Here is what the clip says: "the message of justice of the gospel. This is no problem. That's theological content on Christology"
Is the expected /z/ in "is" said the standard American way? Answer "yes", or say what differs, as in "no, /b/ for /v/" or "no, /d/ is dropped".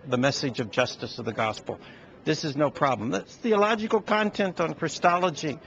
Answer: yes